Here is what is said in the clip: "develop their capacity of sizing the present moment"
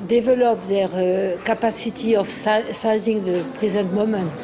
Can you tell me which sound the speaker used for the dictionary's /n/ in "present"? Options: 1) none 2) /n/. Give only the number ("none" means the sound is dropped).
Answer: 1